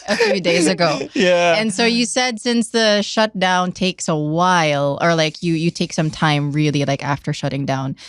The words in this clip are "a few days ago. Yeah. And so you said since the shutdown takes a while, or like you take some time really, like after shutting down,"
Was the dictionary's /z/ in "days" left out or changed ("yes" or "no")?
no